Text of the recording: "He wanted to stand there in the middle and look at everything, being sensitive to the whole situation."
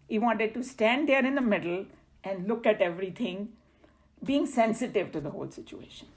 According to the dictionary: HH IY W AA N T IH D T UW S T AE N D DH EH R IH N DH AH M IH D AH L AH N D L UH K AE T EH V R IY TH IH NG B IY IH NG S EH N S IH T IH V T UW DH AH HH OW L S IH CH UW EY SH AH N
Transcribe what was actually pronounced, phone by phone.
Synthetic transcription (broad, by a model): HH IY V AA N T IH D T UW S T AE N D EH R IH N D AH M IH D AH L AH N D L UH K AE T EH V R IY T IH NG B IY IH NG S EH N S IH T IH V T UW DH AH HH OW L S IH CH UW EY SH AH N